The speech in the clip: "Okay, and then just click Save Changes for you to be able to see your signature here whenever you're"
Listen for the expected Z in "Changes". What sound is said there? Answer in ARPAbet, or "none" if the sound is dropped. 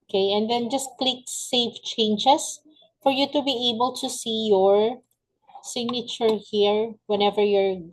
S